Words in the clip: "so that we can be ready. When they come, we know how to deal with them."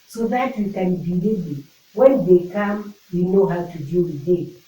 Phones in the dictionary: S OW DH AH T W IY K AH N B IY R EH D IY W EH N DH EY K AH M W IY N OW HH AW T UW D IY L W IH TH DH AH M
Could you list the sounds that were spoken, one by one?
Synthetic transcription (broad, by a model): S OW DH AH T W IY K AH N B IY L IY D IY W EH N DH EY K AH M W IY N OW HH AW T UW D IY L W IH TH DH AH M